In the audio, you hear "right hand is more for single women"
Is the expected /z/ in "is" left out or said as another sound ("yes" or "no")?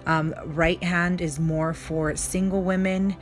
no